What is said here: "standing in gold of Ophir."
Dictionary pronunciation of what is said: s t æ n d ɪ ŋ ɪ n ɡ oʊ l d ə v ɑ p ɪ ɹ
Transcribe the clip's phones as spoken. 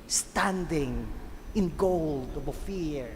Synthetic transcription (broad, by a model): s t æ n d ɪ ŋ ɪ n ɡ oʊ l d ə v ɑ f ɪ ɹ